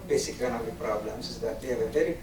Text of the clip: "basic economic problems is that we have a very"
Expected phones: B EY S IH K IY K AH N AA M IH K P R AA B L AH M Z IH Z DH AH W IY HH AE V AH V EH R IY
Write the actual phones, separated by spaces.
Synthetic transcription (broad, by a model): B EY S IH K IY AH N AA IH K P R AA B L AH M S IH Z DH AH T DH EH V AH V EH R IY